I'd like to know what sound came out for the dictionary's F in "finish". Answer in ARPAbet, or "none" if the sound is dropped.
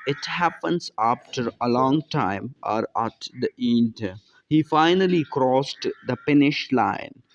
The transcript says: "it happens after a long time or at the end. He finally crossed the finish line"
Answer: P